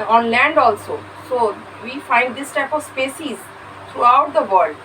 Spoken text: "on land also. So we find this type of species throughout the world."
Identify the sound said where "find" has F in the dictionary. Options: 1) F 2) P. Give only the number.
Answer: 1